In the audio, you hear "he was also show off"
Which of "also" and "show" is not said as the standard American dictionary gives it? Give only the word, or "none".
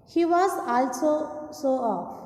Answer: show